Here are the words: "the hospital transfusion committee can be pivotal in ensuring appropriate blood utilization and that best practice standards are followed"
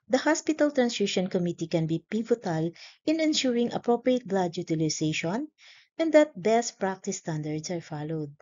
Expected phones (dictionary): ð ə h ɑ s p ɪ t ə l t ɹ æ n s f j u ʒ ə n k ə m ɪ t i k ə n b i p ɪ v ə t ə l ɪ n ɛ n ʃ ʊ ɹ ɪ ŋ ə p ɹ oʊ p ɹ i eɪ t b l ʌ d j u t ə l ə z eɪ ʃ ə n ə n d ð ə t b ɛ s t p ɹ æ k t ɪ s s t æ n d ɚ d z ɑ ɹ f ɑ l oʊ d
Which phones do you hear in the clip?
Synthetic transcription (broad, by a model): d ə h ɑ s p ɪ t ə l t ɹ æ n s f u ʃ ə n k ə m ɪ t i k ə n b i p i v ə t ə l ɪ n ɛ n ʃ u ɹ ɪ ŋ ə p ɹ oʊ p ɹ i eɪ t b l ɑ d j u t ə l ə s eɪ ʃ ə n ə n d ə t b ɛ s t p ɹ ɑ k t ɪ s s t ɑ n d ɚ d s ɑ ɹ f ɑ l oʊ d